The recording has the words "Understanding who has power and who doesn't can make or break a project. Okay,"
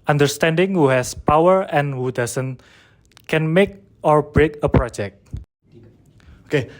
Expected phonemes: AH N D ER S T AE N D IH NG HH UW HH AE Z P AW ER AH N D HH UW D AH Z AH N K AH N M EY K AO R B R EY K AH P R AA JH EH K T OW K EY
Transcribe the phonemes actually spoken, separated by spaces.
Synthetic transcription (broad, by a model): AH N D ER S T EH N D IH NG HH UW HH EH S P AW ER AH N HH UW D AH S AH N K AH N M EY K AO R B R EY K AH P R AA JH EH K T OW K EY